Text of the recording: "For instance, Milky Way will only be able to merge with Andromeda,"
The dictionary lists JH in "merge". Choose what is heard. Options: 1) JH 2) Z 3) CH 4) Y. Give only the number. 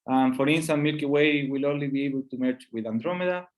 3